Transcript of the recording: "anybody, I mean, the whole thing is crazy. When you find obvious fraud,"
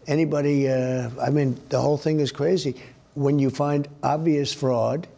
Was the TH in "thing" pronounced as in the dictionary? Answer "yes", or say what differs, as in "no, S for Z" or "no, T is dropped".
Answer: yes